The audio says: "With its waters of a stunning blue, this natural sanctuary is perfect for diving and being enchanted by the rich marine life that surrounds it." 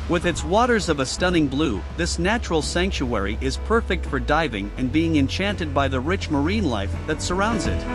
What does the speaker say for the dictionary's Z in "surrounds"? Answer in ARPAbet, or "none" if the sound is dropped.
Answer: Z